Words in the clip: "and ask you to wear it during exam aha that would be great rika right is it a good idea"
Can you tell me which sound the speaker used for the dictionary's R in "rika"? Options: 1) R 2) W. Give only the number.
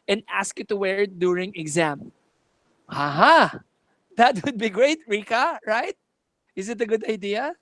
1